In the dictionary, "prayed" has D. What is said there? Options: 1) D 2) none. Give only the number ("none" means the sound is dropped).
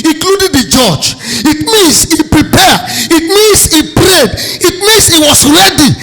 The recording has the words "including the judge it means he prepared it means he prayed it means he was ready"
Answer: 1